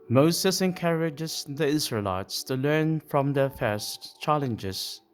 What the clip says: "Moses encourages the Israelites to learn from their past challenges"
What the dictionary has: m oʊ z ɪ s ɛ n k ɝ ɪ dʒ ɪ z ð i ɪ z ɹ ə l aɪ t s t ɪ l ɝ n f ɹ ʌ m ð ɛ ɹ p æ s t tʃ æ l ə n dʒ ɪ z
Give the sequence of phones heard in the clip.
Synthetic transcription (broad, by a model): m oʊ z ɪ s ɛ n k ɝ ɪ dʒ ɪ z ð i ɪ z ɹ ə l aɪ t s t ɪ l ɝ n f ɹ ʌ m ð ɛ ɹ f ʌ s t tʃ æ l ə n dʒ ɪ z